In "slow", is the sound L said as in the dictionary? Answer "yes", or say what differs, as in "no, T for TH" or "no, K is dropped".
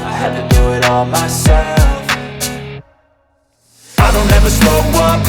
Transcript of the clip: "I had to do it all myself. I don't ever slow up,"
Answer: no, L is dropped